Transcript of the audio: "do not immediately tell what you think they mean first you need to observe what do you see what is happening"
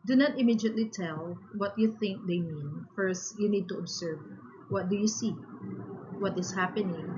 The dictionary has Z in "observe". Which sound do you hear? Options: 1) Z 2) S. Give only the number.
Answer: 2